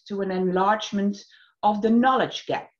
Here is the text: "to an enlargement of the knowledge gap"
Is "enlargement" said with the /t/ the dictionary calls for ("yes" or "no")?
yes